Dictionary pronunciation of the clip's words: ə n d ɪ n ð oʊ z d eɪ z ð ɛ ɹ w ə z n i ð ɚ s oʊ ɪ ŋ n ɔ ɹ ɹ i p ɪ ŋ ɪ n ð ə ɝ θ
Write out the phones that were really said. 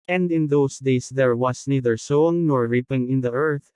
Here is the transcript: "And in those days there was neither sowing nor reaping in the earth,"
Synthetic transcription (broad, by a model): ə n d ɪ n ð oʊ s d eɪ s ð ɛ ɹ w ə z n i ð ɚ s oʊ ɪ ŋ n ɔ ɹ ɹ i p ɪ ŋ ɪ n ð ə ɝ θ